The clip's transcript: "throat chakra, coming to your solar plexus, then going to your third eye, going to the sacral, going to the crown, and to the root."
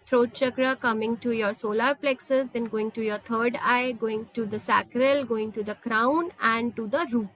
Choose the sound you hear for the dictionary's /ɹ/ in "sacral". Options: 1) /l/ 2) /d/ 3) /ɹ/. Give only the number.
3